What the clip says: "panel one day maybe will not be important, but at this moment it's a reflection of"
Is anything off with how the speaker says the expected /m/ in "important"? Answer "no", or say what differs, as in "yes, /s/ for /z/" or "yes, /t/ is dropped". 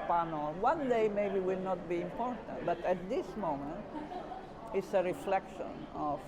no